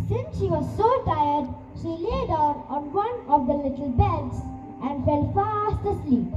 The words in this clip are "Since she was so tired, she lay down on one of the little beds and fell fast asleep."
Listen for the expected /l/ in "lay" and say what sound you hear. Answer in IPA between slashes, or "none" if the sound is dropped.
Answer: /l/